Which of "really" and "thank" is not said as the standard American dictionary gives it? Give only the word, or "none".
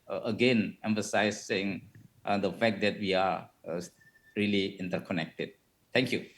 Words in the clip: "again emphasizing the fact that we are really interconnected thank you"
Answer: thank